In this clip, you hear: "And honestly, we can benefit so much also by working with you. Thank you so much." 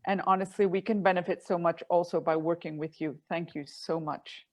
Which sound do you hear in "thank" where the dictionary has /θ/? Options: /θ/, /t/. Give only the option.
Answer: /θ/